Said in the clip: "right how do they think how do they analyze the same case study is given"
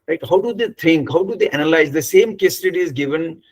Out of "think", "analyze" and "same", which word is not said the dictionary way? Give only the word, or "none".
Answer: think